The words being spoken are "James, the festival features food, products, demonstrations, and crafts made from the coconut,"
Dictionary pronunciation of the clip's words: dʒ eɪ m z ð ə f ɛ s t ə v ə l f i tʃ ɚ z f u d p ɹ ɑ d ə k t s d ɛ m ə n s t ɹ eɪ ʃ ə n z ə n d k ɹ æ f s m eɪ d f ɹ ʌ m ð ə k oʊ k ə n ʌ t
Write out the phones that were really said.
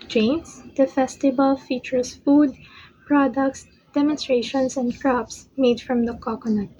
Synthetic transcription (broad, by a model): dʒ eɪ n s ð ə f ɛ s t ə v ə l f i tʃ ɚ s f u d p ɹ ɑ d ə k t s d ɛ m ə n s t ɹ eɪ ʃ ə n s ə n d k ɹ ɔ p s m eɪ d f ɹ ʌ m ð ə k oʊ k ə n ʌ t